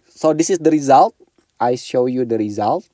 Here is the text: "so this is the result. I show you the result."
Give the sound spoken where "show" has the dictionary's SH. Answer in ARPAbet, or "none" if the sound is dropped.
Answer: SH